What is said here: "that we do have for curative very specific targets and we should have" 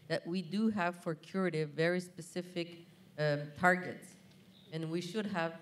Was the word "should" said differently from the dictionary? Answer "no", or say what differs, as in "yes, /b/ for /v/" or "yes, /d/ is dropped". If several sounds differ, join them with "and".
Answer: no